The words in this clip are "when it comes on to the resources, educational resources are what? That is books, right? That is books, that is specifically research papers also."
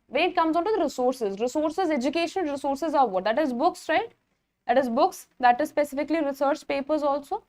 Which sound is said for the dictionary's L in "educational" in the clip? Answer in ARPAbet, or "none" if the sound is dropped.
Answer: N